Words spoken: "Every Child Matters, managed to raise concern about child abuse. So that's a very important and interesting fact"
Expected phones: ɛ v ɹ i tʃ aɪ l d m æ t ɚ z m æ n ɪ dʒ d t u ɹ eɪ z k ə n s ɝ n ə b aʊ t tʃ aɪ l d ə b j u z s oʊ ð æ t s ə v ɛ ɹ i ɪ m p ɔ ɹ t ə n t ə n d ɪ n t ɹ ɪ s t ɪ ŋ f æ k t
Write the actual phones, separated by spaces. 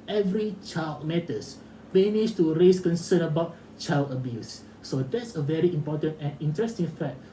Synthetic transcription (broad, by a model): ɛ v ɹ i tʃ aɪ l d m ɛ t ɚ s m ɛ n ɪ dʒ t u ɹ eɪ s k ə n s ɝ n ə b aʊ t tʃ aɪ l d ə b j u s oʊ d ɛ t s ə v ɛ ɹ i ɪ m p ɔ t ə n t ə n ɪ n t ɹ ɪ s t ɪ ŋ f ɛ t